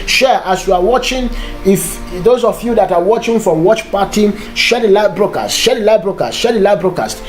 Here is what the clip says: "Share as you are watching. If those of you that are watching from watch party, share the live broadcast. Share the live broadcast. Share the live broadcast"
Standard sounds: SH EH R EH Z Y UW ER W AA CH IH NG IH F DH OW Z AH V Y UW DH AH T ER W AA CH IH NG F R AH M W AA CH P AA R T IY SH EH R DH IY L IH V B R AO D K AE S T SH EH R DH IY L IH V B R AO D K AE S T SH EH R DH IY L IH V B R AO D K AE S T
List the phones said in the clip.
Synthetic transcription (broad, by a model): SH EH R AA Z Y UW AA W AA CH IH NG IH F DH OW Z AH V Y UW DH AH T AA W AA CH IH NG F R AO M W AA CH P AA T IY SH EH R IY L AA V B R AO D K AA S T SH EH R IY L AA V B R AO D K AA S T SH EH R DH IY L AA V B R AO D K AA S T